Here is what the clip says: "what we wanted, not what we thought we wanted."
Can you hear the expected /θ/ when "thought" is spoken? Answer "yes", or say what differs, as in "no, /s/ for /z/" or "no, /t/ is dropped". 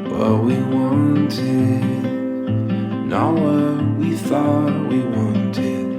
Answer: yes